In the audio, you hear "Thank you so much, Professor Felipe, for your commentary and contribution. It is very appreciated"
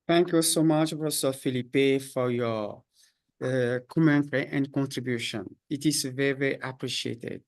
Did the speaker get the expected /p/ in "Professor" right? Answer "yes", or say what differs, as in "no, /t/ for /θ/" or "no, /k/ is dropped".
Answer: no, /b/ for /p/